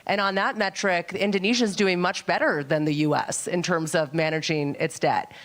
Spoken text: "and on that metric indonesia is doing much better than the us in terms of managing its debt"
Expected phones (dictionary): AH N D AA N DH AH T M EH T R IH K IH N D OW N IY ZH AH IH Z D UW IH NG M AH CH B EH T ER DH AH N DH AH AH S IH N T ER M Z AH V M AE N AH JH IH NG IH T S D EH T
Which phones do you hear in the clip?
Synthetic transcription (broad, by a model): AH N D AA N DH AH T M EH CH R IH K IH N D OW N IY ZH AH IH Z D UW IH NG M AH CH B EH T ER DH AH N DH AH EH S IH N T ER M Z AH V M AE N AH JH IH NG IH T S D EH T